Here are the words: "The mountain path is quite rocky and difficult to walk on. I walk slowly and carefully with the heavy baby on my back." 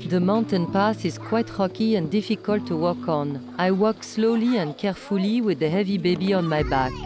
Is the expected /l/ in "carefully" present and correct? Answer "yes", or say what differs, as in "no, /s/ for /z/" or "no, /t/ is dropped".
yes